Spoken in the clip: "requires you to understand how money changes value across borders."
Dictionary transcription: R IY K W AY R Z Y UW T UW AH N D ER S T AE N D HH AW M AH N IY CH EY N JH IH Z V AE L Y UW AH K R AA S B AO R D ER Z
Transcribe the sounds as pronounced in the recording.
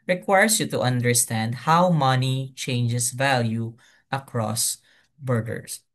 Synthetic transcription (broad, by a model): R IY K W AY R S Y UW T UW AH N D ER S T AE N D HH AW M AH N IY CH EY N JH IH S V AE L Y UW AH K R AA S B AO R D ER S